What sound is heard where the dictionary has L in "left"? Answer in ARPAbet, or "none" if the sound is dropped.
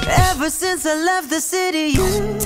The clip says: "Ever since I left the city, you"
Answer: L